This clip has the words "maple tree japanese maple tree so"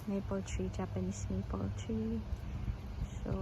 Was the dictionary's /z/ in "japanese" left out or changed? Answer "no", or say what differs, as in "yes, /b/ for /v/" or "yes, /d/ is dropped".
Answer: yes, /s/ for /z/